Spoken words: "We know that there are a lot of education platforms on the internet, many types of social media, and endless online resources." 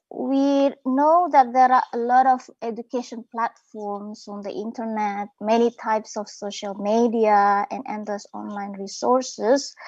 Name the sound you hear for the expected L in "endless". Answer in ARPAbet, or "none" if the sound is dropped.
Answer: none